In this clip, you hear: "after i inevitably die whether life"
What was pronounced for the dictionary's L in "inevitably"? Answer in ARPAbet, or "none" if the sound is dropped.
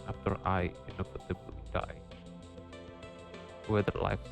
none